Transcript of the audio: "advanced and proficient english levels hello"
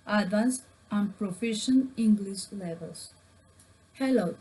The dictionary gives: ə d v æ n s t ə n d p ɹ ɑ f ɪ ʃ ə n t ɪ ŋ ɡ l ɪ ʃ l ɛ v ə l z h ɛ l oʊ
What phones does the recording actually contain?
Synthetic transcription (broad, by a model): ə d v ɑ n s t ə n p ɹ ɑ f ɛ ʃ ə n ɪ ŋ ɡ l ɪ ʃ l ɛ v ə l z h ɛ l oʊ